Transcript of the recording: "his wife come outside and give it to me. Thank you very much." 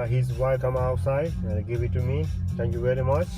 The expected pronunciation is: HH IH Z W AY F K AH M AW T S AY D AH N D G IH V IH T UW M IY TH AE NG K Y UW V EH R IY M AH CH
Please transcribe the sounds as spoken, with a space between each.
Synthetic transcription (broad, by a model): HH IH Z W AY K AH M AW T S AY AH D G IH V IH T UW M IY T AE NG K Y UW V EH R IY M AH CH